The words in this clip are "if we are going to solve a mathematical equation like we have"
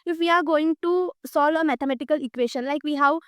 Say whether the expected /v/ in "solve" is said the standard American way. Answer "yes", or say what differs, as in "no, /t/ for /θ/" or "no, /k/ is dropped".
yes